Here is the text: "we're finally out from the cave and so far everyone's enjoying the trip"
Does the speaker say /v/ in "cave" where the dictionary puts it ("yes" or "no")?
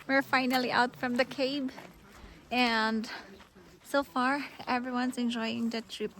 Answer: no